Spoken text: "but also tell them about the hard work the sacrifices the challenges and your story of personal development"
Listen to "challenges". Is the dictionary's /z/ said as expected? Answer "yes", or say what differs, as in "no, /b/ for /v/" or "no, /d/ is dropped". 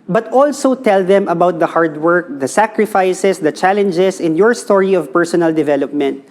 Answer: no, /s/ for /z/